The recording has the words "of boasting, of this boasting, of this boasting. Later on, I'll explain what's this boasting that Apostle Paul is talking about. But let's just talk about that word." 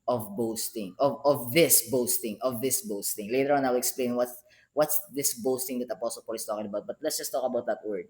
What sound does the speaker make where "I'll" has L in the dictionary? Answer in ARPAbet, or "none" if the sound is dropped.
W